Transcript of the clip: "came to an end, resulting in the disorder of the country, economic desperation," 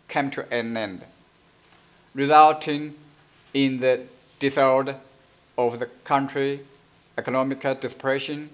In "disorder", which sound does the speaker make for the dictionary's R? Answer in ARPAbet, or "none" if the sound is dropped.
L